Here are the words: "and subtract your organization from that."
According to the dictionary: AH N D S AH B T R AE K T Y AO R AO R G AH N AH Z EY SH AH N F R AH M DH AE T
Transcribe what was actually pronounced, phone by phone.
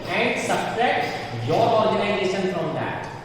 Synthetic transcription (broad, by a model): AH N D S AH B S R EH T Y AO R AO R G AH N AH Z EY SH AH N F R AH M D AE T